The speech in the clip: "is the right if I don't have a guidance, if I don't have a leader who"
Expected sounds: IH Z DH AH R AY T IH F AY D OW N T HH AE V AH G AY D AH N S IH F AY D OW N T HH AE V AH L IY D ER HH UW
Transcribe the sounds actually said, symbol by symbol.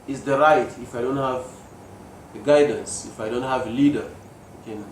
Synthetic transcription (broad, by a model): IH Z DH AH R AY T IH F AY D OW N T HH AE V AH G AY D AH N S IH F AY D OW N T HH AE V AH L IY D ER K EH